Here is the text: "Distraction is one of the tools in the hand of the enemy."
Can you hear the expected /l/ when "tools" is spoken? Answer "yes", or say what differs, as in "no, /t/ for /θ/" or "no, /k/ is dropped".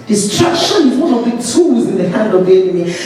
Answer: no, /l/ is dropped